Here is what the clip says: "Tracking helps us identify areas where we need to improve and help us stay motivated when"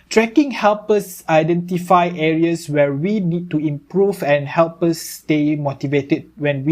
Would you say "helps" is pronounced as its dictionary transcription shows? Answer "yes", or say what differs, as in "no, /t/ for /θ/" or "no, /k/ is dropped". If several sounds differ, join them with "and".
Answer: no, /s/ is dropped